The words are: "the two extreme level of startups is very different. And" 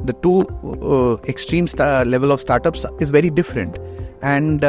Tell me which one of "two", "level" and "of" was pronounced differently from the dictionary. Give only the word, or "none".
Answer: none